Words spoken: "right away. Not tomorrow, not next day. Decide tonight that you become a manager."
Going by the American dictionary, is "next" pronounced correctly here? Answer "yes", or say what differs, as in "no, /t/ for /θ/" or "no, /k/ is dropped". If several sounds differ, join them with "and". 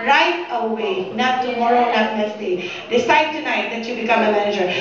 no, /k/ is dropped